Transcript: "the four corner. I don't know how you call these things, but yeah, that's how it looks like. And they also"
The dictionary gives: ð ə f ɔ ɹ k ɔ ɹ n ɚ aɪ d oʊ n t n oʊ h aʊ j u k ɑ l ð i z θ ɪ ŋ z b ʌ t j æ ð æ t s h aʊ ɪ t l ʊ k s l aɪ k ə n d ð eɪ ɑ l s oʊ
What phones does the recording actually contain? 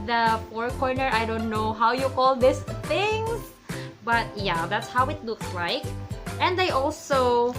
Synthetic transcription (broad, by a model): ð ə p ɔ ɹ k ɔ ɹ n ɚ aɪ d oʊ n t n oʊ h aʊ j u k ɑ l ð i s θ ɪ ŋ s b ʌ t j æ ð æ t s h aʊ ɪ t l ʊ k s l aɪ k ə n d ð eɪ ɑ l s oʊ